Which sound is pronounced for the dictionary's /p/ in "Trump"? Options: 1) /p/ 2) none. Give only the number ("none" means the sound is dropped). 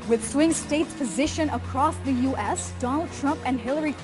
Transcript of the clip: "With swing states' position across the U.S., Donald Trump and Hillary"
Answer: 1